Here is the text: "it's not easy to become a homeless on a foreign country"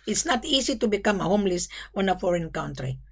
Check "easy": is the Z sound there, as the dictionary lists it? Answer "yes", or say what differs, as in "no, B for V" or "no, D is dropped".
no, S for Z